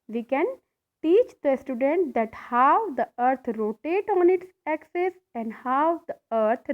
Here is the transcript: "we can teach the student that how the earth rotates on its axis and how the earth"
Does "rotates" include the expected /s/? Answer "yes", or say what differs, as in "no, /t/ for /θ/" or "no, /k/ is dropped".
no, /s/ is dropped